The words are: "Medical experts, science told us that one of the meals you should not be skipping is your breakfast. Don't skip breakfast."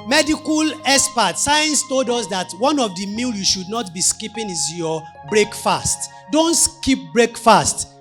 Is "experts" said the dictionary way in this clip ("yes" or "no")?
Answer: no